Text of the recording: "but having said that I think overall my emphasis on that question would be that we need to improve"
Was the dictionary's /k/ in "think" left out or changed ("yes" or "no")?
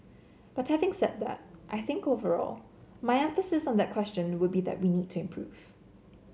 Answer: no